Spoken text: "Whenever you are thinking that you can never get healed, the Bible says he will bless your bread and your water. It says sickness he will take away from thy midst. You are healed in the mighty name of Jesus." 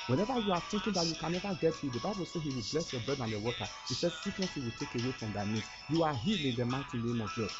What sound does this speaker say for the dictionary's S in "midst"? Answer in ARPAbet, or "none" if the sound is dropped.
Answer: none